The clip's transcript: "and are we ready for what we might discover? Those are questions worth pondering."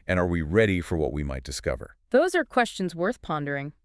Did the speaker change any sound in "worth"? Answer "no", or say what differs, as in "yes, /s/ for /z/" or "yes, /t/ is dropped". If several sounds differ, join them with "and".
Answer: no